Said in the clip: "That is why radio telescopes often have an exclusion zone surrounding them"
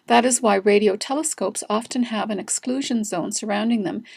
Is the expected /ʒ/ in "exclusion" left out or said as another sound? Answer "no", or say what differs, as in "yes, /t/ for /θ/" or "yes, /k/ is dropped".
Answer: no